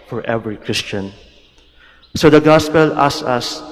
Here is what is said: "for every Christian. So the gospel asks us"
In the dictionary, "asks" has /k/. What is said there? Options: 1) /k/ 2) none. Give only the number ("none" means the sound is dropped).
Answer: 2